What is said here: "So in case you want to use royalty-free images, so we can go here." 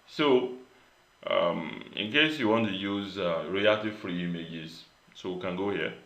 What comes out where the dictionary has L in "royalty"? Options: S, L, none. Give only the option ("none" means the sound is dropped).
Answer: none